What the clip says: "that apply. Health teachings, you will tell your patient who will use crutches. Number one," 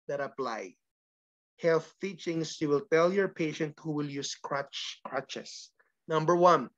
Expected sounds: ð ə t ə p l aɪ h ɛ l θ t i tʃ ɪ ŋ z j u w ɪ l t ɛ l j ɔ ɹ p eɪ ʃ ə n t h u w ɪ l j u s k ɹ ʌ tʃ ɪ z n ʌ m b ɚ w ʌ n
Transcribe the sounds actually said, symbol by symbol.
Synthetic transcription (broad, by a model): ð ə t ə p l aɪ h ɛ l θ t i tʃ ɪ ŋ s j u w ɪ l t ɛ l j ɔ ɹ p eɪ ʃ ə n t h u w ɪ l j u s k ɹ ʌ tʃ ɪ s n ʌ m b ɚ w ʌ n